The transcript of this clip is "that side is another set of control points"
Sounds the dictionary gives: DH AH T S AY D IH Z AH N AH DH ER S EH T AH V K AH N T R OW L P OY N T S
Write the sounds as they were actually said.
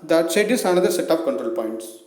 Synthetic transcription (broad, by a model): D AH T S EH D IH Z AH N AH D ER S EH T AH P K AH N T R OW L P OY N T S